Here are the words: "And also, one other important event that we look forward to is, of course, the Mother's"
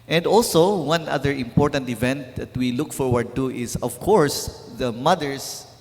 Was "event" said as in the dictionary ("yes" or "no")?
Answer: yes